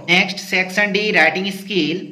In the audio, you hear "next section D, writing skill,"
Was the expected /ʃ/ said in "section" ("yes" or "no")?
no